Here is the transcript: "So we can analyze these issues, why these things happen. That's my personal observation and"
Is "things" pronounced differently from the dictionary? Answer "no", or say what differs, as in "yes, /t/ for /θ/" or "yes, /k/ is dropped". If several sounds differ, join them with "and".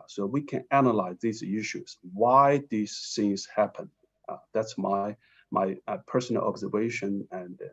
yes, /s/ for /θ/